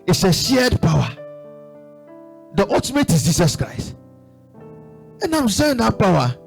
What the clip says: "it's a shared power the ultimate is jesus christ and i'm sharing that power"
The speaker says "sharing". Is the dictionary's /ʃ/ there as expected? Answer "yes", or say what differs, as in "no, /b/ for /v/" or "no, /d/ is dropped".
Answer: no, /s/ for /ʃ/